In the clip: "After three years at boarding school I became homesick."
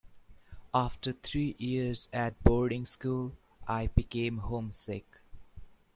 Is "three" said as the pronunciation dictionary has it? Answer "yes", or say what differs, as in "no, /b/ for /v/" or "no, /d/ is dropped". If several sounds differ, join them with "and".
no, /t/ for /θ/